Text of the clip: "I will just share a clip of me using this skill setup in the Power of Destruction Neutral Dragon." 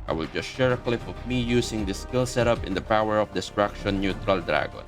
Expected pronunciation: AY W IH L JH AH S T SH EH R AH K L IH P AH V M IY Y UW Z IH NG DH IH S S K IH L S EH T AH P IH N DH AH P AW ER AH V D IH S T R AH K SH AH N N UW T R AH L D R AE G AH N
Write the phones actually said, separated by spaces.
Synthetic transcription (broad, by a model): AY W IH L JH AH S T SH EH R AH K L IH F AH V M IY Y UW S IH NG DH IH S S K IH L S EH T AH P IH N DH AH P AW ER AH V D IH S T R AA K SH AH N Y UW T R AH L D R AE G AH N